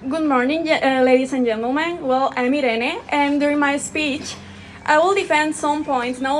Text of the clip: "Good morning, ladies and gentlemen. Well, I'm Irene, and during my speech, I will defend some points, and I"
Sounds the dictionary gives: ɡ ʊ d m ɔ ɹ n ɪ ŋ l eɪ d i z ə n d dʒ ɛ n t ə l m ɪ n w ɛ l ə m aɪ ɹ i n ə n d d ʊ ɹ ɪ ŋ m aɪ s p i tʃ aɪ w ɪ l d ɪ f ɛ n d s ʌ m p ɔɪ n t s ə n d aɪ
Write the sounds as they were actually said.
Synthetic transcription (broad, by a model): ɡ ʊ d m ɔ ɹ n ɪ ŋ l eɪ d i s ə n dʒ ɛ n t ə l m ɪ n w ɛ l ə m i ɹ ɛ n ə n d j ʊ ɹ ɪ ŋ m aɪ s p i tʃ aɪ w ɪ l d ɪ f ɛ n d s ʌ m p ɔɪ n t s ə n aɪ